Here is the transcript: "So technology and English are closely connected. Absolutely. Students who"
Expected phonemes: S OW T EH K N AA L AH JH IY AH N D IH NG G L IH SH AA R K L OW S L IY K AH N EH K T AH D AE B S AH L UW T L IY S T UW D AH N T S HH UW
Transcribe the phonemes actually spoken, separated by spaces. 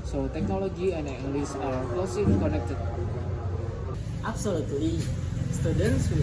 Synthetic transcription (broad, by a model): S OW T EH K N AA L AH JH IY AH N D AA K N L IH S AA R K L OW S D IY K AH N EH K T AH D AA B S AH L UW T L IY S T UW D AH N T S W